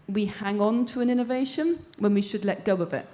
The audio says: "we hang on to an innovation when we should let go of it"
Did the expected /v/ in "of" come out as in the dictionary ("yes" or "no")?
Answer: no